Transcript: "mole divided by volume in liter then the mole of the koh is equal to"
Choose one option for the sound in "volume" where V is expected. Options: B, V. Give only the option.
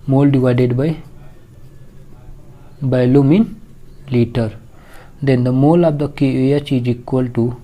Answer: B